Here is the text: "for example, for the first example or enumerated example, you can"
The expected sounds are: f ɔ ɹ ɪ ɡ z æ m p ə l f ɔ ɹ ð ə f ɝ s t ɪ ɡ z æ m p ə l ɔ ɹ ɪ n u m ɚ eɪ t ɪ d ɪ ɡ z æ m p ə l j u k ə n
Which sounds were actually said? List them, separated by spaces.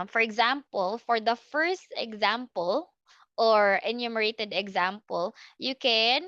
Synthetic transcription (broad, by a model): f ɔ ɹ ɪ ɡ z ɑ m p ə l f ɔ ɹ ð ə f ɝ s t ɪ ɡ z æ m p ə l ɔ ɹ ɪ n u m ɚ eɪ t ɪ d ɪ ɡ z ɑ m p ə l j u k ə n